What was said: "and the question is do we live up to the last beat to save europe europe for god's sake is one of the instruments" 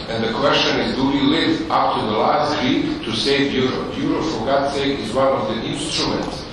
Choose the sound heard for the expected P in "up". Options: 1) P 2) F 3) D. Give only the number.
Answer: 2